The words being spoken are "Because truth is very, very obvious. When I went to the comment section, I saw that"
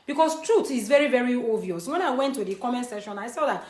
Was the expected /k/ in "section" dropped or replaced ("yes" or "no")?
yes